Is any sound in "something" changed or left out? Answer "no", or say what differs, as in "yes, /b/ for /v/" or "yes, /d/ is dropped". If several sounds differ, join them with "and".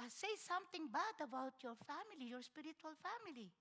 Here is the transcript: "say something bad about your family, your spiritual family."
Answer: yes, /t/ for /θ/